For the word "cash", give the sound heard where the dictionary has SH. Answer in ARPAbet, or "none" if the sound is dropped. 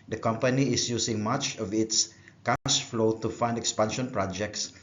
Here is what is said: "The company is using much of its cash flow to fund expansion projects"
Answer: S